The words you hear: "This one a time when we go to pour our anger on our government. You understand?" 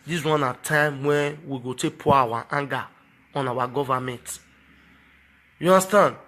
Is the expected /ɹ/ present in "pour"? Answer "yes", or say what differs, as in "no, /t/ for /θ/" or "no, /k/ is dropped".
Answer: no, /w/ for /ɹ/